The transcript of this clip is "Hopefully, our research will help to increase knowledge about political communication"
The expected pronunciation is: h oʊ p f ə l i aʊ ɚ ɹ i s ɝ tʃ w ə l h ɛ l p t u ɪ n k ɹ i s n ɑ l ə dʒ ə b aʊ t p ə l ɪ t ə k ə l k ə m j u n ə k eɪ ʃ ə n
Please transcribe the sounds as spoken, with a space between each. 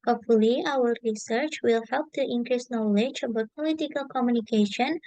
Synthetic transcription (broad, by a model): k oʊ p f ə l i aʊ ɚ ɹ i s ɝ tʃ w ə l h ɛ l p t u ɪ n k ɹ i s n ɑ l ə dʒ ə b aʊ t p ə l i t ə k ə l k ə m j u n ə k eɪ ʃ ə n